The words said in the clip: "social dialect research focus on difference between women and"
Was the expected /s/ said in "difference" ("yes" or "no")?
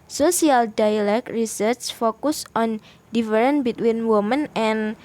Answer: no